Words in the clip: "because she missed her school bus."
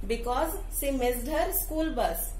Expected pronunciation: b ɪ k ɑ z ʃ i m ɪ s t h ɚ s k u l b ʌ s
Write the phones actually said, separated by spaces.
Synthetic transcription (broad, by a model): b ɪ k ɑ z s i m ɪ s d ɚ s k u l b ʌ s